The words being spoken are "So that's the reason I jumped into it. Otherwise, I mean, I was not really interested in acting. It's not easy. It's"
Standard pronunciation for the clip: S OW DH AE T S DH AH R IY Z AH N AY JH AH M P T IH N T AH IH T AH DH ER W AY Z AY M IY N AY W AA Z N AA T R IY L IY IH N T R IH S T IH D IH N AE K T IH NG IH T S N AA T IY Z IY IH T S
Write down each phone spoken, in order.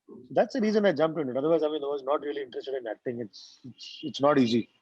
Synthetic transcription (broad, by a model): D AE T S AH R IY Z AH N AY JH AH M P IH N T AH IH T AH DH ER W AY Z AY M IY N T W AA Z N AA T R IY L IY IH N T R IH S T IH D IH N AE K T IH NG IH T S N AA T IY Z IY